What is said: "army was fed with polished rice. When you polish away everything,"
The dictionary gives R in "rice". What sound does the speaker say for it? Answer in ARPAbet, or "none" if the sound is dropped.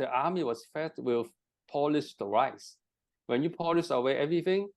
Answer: R